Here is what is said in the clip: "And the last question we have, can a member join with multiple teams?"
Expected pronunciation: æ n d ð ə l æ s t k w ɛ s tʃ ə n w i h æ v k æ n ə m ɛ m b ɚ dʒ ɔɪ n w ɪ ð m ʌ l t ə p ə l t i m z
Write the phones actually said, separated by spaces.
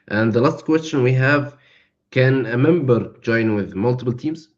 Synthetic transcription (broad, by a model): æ n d ð ə l æ s t k w ɛ s tʃ ə n w i h æ v k æ n ə m ɛ m b ɚ dʒ ɔɪ n w ɪ ð m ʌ l t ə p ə l t i m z